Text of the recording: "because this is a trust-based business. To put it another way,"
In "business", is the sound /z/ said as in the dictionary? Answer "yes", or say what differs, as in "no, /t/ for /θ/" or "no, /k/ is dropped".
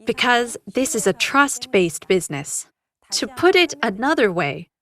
yes